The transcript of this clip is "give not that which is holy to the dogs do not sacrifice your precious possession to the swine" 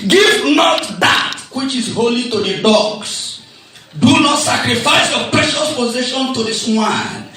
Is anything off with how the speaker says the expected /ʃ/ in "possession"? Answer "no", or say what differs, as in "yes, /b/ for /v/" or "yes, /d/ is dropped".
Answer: no